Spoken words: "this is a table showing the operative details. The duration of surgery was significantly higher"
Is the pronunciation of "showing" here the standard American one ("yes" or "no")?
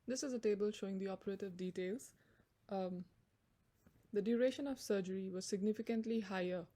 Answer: yes